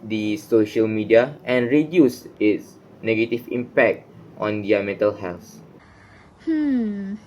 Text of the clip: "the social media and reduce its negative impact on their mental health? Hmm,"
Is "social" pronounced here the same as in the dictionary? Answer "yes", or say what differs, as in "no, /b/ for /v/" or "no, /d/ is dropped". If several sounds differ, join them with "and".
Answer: yes